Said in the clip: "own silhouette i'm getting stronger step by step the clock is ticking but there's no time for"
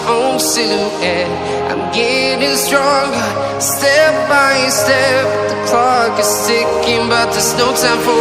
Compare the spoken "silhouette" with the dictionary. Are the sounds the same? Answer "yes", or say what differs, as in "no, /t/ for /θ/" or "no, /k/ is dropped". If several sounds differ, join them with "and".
no, /l/ is dropped and /t/ is dropped